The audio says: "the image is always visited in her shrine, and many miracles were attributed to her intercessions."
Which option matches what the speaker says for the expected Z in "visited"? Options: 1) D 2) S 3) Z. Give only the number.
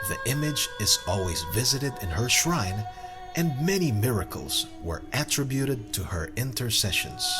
3